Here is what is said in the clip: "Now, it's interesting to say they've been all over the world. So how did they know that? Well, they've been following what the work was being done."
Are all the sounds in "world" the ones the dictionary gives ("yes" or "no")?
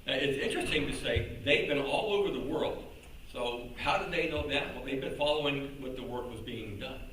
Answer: yes